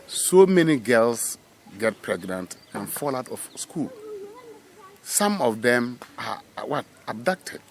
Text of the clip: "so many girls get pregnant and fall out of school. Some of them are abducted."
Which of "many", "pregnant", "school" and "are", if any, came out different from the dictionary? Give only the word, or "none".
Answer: are